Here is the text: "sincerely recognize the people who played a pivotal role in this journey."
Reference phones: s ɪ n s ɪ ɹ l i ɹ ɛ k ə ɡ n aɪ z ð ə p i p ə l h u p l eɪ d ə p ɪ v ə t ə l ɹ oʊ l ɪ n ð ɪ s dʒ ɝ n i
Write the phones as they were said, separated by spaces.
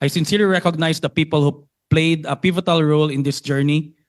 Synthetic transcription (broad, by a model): s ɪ n s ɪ ɹ l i ɹ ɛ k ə ɡ n aɪ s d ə p i p ə l h u p l eɪ d ə p ɪ v ə t ə l ɹ oʊ l ɪ n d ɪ s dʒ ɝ n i